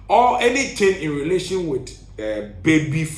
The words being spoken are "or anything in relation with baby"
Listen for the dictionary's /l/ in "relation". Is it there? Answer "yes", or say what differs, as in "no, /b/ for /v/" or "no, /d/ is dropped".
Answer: yes